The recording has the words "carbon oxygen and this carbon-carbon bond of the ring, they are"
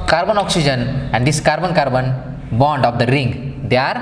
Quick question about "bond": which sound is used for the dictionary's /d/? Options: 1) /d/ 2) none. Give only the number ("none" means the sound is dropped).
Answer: 1